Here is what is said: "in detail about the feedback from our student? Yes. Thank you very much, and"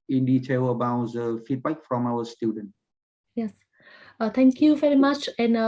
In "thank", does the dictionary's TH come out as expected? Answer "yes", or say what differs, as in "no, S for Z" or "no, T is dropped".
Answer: no, T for TH